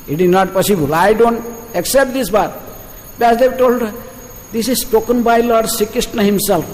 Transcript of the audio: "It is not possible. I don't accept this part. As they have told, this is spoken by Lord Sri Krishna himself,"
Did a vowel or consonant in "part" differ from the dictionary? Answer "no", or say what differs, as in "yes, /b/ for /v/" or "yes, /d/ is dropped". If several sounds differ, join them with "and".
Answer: yes, /b/ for /p/